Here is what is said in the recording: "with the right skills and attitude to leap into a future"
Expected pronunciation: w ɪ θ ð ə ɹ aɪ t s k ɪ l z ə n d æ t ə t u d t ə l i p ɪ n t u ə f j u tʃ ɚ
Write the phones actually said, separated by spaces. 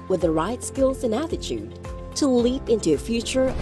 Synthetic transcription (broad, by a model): w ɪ ð ə ɹ aɪ t s k ɪ l z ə n æ t ə t u d t ə l i p ɪ n t u ə f j u tʃ ɚ